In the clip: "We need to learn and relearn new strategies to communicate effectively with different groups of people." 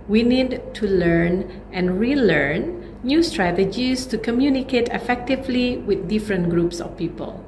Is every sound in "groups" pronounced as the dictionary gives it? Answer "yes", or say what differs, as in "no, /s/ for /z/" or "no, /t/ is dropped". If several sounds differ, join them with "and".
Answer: yes